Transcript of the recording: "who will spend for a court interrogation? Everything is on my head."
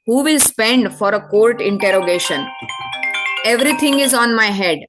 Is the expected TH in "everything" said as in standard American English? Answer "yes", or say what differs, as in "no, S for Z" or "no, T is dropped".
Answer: no, T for TH